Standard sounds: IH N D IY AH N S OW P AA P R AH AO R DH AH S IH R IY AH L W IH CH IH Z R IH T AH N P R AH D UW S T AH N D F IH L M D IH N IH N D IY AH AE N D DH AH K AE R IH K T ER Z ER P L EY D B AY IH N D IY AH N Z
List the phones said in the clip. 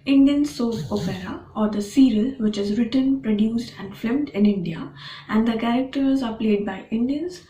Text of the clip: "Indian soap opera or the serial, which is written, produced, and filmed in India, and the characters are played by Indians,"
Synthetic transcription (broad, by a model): IH N D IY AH N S OW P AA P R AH AO R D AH S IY R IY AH L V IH CH IH Z R IH T AH N P R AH D UW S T AH N D F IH M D IH N IH N D IY AH AE N D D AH K AE R IH K T ER Z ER P L EY D B AY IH N D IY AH N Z